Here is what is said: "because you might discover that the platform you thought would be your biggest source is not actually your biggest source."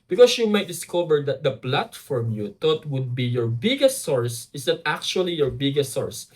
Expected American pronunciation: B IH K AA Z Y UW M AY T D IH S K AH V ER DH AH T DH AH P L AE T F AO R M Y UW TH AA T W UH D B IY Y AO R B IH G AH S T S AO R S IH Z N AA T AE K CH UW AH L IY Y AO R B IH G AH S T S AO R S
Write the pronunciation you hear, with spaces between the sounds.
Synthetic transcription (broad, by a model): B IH K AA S Y UW M AY T D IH S K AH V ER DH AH T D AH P L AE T F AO R M Y UW T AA T W UH D B IY Y AO R B IH G AH S T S AO R S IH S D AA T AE K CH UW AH L IY Y AO R B IH G AH S T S AO R S